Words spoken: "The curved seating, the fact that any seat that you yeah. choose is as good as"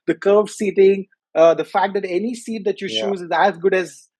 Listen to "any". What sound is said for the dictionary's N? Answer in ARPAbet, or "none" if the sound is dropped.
N